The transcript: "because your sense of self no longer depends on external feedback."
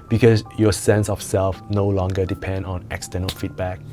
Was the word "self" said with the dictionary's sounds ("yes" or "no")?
yes